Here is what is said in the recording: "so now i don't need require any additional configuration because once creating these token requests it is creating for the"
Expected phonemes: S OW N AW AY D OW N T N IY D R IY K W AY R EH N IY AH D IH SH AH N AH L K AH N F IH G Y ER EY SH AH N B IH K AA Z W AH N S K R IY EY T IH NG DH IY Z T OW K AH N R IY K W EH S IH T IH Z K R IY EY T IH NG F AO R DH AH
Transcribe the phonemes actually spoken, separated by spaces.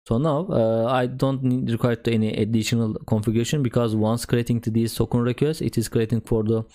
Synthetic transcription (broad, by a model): S OW N AW AY D OW N T N IY D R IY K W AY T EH N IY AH D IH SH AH N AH L K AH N F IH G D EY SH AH N B IH K AA Z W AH N S K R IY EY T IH NG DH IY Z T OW K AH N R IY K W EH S IH T IH Z K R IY EY T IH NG F AO R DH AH